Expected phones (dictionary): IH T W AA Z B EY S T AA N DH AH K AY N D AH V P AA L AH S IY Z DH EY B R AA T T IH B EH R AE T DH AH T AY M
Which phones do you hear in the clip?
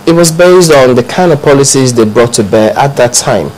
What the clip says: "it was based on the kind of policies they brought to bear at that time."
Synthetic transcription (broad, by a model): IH T W AA Z B EY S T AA N DH AH K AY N AH P AA L AH S IY Z DH EY B R AA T T IH B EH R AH T DH AH T AY M